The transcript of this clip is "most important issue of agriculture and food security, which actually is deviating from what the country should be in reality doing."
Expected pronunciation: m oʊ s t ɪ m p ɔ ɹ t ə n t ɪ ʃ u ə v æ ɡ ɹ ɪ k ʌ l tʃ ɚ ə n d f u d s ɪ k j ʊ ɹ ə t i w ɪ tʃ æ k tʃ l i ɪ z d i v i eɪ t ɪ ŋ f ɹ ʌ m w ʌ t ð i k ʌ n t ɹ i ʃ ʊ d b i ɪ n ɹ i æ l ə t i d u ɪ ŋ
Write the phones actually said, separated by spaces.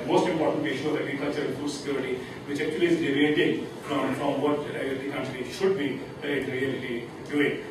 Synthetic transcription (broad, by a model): m oʊ s t ɪ m p ɔ ɹ t ə n t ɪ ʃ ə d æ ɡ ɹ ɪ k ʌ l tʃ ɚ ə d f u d s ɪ k j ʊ ɹ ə t i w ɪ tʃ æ tʃ l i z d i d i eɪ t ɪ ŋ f ɹ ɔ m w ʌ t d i k ʌ n t ɹ i ʃ ʊ d b i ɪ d ɹ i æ l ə t i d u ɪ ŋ